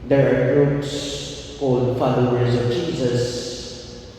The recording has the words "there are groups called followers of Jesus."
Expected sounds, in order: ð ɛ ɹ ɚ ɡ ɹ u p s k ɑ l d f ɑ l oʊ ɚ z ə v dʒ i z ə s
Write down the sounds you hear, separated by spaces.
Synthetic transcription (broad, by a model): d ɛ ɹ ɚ ɡ ɹ u p s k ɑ d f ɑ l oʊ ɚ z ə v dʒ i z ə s